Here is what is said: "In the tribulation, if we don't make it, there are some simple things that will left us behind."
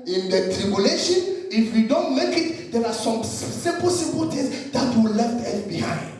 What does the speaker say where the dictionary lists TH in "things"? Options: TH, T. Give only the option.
T